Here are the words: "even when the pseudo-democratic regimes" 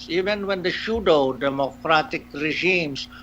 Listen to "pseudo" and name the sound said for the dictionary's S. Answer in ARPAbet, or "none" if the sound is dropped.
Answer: SH